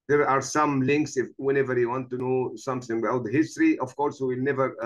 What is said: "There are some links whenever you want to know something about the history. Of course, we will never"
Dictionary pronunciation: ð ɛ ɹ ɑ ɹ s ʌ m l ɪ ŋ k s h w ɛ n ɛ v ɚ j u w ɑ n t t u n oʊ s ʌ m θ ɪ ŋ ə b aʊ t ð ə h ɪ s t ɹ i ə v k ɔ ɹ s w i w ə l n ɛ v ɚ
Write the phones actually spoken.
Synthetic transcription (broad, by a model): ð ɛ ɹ ɑ ɹ s ʌ m l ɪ ŋ k s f w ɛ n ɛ v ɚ j u w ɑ n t t u n oʊ s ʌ m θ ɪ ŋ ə aʊ t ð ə h ɪ s t ɹ i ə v k ɔ ɹ s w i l n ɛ v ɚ